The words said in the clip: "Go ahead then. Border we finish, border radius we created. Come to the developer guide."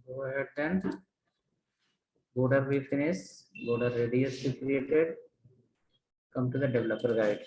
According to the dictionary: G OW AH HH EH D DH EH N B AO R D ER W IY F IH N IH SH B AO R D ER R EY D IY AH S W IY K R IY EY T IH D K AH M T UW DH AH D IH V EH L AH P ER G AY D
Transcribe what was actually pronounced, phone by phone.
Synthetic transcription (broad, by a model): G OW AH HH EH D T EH N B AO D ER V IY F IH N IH S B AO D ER R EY D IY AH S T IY K R IY EY T IH D K AH M T UW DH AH D IH V EH L AH P ER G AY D